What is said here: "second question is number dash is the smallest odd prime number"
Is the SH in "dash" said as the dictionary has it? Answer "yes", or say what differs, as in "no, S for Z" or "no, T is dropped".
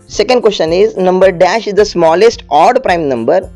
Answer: yes